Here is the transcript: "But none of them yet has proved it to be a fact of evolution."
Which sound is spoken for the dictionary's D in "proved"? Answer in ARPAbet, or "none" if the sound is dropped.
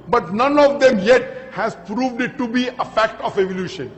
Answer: D